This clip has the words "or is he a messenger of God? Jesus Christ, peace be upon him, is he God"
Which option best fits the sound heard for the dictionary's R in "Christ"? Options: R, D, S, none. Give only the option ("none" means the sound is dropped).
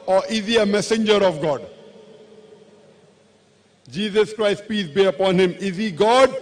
R